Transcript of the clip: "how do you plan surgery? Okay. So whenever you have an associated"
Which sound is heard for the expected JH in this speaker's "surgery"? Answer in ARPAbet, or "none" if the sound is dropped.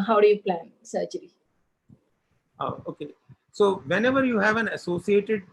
CH